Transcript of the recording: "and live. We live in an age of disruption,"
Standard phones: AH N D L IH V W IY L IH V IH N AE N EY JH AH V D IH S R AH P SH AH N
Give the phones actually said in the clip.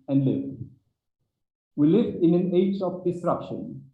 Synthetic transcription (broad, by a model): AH N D L IH V W IY L IH V IH N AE N EY JH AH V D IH S R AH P SH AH N